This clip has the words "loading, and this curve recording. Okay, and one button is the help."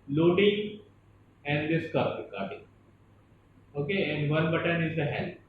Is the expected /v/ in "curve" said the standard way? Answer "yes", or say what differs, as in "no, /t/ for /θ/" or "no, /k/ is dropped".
no, /p/ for /v/